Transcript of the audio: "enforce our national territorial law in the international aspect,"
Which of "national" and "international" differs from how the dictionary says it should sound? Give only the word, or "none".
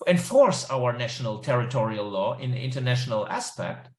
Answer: none